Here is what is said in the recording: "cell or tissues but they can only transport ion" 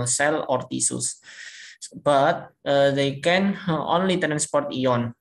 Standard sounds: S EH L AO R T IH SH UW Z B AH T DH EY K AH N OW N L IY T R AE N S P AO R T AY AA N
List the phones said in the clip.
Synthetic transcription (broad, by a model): S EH L AO R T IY S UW S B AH T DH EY K AH N OW N L IY T R AE N S P AO R T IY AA N